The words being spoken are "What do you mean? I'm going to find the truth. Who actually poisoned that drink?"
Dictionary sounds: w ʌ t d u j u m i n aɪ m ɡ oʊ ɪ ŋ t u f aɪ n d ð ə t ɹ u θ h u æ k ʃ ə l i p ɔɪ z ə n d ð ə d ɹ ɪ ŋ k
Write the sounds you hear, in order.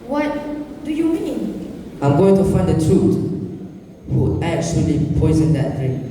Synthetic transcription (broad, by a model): w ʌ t d u j u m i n aɪ m ɡ oʊ ɪ ŋ t u f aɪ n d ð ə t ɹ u t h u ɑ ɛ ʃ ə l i p ɔɪ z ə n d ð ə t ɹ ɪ